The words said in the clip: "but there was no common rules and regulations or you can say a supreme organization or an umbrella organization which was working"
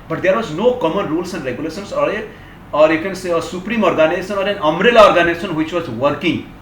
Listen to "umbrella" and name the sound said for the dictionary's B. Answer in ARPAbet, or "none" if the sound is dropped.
none